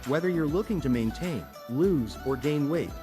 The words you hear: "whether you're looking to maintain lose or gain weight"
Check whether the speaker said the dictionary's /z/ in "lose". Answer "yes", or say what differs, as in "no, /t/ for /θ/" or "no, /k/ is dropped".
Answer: yes